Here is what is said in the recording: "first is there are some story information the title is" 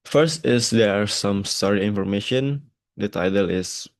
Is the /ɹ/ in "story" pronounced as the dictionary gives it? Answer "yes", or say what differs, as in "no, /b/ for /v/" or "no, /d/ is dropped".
yes